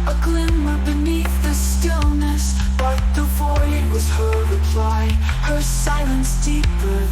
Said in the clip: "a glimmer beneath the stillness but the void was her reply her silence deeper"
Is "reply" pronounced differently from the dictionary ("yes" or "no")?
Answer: no